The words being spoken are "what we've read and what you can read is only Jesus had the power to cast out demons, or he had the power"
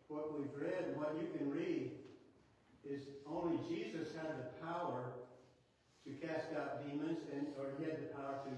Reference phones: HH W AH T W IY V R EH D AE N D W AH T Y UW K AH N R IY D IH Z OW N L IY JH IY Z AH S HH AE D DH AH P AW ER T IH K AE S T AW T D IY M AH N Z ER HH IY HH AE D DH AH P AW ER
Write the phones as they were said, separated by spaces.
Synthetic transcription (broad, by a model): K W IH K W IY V R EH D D W AH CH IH K AH N R IY D IH Z OW N L IY JH IY Z AH S HH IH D DH AH P AW ER T IH K AE S T AW T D IY M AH N Z ER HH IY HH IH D DH AH P AW ER